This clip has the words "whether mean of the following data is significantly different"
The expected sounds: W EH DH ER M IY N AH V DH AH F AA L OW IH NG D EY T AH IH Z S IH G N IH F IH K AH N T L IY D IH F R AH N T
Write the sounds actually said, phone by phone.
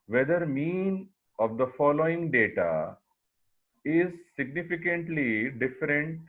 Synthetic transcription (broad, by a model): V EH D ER M IY N AH V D AH F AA L OW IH NG D EY T AH IH Z S IH G N IH F IH K AH N T L IY D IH F R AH N T